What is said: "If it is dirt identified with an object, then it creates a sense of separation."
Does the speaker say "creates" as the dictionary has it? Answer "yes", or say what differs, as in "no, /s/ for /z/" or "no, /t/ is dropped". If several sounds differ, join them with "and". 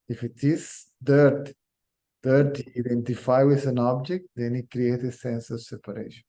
no, /s/ is dropped